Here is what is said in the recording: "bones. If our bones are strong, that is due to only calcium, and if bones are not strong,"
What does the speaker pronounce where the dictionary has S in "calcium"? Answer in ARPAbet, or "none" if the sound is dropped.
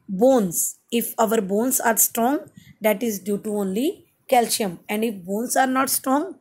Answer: SH